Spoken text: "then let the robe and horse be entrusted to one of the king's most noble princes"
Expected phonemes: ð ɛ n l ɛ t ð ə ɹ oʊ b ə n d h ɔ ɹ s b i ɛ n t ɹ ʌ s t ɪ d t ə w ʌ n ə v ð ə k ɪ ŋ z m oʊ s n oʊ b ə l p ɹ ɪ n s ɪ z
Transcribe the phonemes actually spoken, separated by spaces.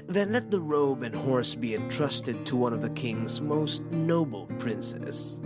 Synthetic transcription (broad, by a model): ð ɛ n l ɛ t ð ə ɹ oʊ b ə n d h ɔ ɹ s b i ɛ n t ɹ ʌ s t ɪ d t ə w ʌ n ə v ð ə k ɪ ŋ z m oʊ s n oʊ b l p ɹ ɪ n s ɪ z